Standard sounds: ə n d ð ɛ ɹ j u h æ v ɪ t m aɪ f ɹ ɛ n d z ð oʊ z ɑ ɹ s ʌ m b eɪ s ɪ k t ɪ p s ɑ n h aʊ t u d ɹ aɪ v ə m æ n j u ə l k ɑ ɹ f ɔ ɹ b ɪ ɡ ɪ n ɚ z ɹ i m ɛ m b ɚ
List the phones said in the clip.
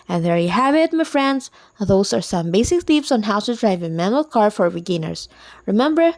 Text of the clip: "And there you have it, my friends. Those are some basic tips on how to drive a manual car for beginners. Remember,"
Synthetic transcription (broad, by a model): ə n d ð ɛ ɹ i h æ b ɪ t m aɪ f ɹ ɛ n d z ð oʊ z ɑ ɹ s ʌ m b eɪ s ɪ k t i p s ɑ n h aʊ t u d ɹ aɪ v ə m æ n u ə l k ɑ ɹ f ɔ ɹ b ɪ ɡ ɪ n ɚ s ɹ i m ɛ m b ɚ